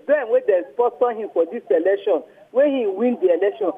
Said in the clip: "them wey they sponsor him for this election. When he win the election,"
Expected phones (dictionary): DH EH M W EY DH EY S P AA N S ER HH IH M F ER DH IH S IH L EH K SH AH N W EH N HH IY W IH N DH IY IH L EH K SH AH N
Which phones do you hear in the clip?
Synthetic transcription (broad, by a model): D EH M W EY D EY S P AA S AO HH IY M F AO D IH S IH L EH K SH AH N W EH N HH IY W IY N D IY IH L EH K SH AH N